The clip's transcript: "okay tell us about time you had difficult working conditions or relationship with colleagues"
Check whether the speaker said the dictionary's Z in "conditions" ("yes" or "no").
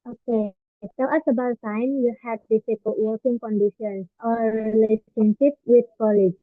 no